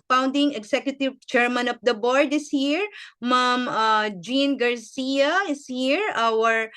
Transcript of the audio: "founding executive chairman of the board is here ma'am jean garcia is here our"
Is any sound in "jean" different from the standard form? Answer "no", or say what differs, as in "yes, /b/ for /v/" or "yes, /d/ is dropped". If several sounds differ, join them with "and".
no